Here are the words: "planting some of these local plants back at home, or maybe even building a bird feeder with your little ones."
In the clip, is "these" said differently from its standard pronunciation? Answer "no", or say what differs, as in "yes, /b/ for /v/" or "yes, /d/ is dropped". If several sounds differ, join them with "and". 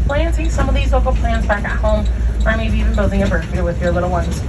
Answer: no